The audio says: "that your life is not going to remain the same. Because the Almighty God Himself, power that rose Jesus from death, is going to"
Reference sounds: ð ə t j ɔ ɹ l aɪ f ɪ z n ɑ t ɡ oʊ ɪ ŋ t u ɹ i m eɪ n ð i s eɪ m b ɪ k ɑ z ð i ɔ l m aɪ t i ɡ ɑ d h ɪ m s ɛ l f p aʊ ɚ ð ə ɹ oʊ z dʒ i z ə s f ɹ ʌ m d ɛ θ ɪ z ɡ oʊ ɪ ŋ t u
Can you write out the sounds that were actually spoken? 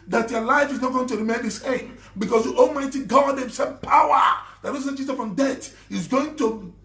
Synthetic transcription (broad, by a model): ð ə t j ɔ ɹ l aɪ f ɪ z n ɑ t ɡ oʊ ɪ ŋ t u ɹ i m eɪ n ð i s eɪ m b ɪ k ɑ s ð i ɔ l m aɪ t i ɡ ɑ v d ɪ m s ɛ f p aʊ ɚ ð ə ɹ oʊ s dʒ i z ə f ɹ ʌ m d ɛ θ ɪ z ɡ oʊ ɪ ŋ t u